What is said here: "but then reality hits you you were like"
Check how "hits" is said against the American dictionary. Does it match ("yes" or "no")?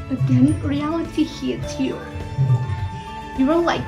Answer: no